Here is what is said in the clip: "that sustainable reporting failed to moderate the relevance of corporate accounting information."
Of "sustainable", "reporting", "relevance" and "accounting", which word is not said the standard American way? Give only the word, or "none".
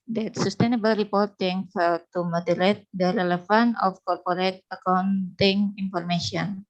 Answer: relevance